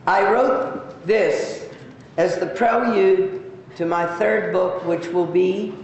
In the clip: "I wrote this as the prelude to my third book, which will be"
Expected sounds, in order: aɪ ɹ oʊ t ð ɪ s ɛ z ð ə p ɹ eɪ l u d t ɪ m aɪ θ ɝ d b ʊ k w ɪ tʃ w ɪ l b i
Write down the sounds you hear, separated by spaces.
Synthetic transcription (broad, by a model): aɪ ɹ oʊ t ð ɪ s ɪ z ð ə p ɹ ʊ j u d t ɪ m aɪ θ ɝ d b ʊ k w ɪ tʃ w ɪ l b i